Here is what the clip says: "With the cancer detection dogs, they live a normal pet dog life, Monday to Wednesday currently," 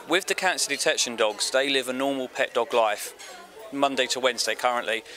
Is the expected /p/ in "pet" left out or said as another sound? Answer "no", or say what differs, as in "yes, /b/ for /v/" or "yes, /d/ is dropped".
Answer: no